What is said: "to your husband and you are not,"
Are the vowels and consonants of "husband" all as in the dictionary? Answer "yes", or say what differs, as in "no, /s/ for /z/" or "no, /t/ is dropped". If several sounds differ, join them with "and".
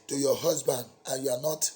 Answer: yes